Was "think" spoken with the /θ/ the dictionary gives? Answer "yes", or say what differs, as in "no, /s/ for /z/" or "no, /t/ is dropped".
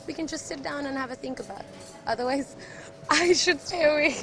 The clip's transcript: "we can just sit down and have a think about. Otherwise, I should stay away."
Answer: yes